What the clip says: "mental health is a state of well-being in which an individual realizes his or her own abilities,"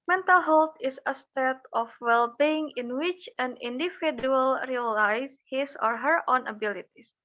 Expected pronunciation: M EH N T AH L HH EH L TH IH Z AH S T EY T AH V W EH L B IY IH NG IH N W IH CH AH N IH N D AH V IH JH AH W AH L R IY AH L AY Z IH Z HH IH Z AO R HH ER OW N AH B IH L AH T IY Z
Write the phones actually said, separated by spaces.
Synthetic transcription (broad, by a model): M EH N T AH L HH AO L T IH S AH S T EY T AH F W EH L B IY IH NG IH N W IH CH AH N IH N D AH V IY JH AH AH L R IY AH L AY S HH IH S AO R HH ER OW N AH B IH L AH T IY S